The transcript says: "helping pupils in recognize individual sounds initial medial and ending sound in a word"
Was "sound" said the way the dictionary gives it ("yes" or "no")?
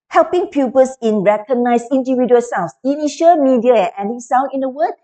no